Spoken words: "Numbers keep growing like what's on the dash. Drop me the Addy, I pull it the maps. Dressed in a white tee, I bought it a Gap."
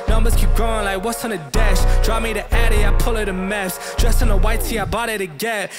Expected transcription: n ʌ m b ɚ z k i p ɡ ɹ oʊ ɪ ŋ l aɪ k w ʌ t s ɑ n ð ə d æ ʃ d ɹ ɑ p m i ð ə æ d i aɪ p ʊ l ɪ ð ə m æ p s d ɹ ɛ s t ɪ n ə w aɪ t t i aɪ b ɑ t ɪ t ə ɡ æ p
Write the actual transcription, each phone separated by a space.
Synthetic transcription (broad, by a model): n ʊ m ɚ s k i p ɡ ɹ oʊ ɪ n l aɪ k w ʌ t s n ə d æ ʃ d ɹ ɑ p m i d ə æ d i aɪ p ʊ l ɪ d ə m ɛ f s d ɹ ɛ s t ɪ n ə w aɪ t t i aɪ b ɑ t ɪ t ə ɡ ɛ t